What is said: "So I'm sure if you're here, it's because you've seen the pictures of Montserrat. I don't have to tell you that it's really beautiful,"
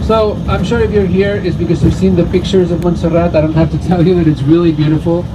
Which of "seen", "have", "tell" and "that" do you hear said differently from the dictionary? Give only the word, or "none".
have